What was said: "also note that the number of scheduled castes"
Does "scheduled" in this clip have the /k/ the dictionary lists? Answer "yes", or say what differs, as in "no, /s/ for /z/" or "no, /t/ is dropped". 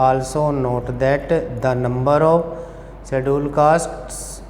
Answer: no, /k/ is dropped